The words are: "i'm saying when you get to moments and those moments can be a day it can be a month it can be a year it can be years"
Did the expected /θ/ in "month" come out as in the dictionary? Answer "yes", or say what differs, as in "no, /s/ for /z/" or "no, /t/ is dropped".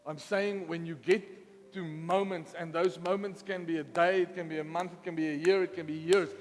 yes